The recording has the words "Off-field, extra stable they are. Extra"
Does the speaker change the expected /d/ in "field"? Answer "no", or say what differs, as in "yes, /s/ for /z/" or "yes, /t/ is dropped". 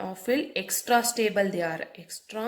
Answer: yes, /d/ is dropped